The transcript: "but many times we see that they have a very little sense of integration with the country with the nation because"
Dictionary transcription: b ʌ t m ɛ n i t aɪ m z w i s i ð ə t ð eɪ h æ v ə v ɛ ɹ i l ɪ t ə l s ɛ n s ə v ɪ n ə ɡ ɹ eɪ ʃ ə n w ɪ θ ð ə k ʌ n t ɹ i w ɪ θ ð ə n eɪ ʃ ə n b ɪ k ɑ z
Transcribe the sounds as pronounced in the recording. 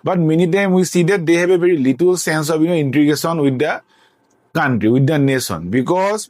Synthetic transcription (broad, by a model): b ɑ t m ɛ n i t aɪ m w i s i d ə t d eɪ h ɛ b ə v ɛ ɹ i l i t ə l s ɛ n s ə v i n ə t ɹ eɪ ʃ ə n w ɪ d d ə k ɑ n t ɹ i w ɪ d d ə n eɪ s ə n b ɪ k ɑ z